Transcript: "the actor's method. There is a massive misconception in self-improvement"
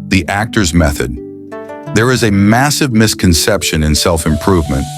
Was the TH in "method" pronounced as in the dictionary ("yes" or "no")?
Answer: yes